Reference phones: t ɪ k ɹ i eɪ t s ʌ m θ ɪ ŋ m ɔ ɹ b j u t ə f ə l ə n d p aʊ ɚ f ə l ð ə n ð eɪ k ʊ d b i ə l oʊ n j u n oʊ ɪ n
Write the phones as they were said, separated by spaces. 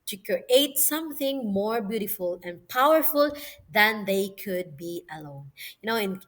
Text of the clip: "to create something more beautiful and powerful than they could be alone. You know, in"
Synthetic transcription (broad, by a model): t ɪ k ɹ i eɪ t s ʌ m θ ɪ ŋ m ɔ ɹ b j u t ə f ə l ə n p aʊ ɚ f ə l ð ə n ð eɪ k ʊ d b i ə l oʊ n j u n oʊ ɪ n